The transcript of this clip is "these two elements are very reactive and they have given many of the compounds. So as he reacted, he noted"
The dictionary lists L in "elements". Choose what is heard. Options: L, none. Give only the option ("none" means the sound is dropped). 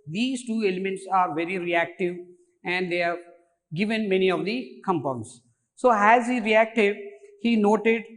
L